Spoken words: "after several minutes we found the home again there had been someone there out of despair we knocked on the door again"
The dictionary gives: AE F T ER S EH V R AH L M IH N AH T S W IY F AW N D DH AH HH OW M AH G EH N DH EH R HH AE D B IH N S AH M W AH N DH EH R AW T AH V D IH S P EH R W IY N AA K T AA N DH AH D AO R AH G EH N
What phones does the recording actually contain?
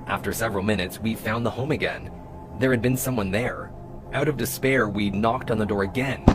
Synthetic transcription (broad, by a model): AE F T ER S EH V R L M IH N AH T S W IY F AW N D DH AH HH OW M AH G EH N DH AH R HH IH D B IH N S AH M W AH N DH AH R AW T AH V D IH S P EH R W IY N AA K T N DH AH D AO R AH G EH N